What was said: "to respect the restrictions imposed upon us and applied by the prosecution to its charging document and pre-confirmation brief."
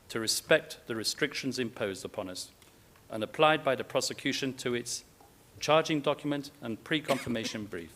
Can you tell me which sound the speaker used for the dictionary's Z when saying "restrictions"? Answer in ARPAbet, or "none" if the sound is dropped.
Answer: Z